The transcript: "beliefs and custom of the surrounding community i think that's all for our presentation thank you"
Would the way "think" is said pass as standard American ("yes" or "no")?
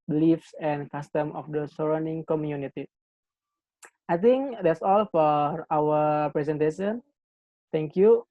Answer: no